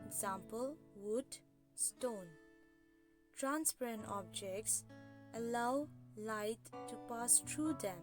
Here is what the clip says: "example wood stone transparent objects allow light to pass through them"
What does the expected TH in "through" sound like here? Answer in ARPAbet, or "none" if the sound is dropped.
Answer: T